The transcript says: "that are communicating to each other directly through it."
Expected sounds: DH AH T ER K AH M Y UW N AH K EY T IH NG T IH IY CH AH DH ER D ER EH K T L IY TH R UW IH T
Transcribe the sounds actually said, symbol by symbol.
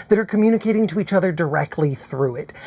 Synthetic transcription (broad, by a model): DH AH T ER K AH M Y UW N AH K EY T IH NG T IH IY CH AH DH ER D ER EH K T L IY TH R UW IH T